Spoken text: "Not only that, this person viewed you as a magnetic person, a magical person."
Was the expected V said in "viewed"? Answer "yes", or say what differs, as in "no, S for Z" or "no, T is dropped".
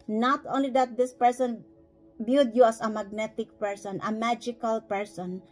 no, B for V